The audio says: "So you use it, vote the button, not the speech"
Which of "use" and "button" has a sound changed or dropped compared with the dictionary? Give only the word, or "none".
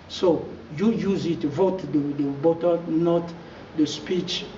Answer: button